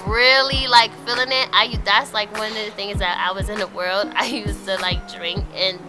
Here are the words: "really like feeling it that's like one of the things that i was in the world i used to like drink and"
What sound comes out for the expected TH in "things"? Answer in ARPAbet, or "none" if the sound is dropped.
TH